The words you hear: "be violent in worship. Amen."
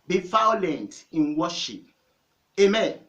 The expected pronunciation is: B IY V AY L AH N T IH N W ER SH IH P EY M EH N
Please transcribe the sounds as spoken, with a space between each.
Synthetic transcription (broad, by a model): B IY F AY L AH N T IH N W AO SH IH P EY M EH N